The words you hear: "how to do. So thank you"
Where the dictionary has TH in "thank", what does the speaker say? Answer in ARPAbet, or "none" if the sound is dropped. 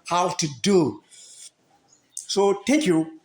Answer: T